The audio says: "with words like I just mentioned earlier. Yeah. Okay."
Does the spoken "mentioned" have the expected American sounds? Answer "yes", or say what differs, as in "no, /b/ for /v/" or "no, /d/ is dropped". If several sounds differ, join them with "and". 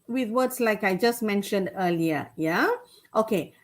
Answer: yes